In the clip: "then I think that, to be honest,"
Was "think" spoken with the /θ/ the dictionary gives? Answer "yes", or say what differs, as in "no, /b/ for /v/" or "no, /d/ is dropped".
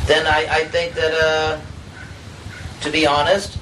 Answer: yes